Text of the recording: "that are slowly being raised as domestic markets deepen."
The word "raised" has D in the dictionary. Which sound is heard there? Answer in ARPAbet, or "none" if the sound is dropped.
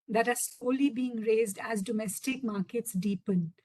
D